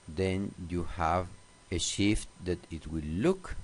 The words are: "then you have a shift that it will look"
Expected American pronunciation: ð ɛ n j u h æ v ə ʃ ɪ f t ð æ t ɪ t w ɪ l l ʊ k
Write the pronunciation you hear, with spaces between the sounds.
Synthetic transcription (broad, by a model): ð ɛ n j u h æ v ə ʃ ɪ f t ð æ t ɪ t w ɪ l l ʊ k